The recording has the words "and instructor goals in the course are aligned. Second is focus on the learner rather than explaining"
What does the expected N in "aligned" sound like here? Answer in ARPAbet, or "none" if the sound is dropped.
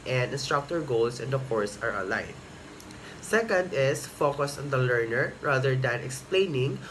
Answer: none